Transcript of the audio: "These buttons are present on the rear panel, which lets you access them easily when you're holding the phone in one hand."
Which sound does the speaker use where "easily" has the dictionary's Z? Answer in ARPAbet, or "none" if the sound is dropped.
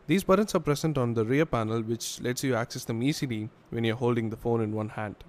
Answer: S